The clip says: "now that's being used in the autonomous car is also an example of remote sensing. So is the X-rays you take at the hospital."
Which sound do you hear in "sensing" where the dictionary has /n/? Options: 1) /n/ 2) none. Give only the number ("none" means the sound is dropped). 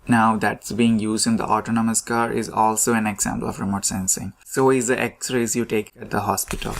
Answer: 1